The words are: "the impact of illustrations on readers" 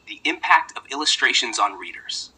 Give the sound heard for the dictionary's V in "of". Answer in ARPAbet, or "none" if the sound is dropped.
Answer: V